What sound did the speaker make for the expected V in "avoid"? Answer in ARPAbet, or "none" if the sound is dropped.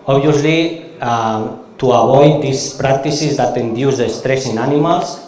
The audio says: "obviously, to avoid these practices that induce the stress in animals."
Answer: B